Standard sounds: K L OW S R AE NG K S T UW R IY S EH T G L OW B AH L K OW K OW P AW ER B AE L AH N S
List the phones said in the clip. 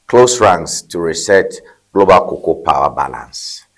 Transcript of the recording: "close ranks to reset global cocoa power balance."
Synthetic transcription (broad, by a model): K L OW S R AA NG S T UW R IY S EH T G L OW B AH L K OW K OW P AW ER B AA L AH N S